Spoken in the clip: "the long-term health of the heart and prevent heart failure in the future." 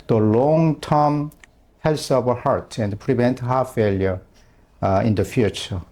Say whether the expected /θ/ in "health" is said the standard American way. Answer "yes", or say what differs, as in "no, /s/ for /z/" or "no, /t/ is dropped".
no, /s/ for /θ/